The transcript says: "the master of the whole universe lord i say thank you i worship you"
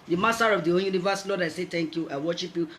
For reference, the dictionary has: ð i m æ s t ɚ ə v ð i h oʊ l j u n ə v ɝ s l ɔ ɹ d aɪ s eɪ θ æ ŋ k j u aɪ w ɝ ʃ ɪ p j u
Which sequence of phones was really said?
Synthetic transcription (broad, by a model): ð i m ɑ s t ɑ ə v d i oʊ n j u n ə v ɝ s l ɔ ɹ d aɪ s eɪ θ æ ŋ k j u aɪ w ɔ ʃ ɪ p j u